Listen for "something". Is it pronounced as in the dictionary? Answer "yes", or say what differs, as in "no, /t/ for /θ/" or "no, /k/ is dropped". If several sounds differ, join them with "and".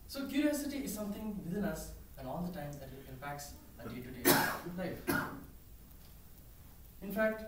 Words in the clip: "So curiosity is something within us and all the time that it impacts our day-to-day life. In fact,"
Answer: no, /t/ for /θ/